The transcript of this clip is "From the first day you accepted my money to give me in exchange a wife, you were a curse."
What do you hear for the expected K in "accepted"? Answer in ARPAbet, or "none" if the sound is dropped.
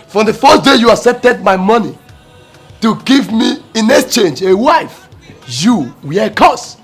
none